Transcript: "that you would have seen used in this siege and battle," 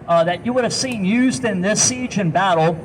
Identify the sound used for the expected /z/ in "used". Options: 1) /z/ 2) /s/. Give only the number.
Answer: 1